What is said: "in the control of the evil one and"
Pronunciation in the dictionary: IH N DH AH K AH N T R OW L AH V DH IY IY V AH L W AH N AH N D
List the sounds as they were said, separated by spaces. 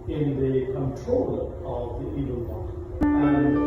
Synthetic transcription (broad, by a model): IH N DH AH K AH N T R OW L AH V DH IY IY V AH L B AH AH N